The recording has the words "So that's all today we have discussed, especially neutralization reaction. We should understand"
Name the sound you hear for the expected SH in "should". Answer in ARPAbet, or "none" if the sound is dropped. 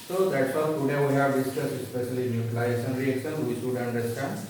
S